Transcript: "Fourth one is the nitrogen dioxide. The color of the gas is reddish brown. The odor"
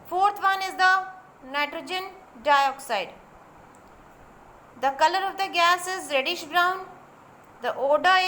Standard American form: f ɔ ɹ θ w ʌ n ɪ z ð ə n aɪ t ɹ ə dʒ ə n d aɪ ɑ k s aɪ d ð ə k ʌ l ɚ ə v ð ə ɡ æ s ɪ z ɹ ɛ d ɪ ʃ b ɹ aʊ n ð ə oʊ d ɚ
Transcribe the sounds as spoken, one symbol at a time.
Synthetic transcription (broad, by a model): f ɔ ɹ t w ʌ n ɪ z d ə n aɪ t ɹ ə dʒ ə n d aɪ ɑ k s aɪ d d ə k ʌ l ɚ ə v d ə ɡ æ s ɪ z ɹ ɛ d ɪ ʃ b ɹ aʊ n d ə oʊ d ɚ